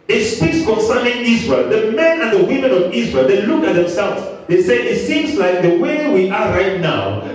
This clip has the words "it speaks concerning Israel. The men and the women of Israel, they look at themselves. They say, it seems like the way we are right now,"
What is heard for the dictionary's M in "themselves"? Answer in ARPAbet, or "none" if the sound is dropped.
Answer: M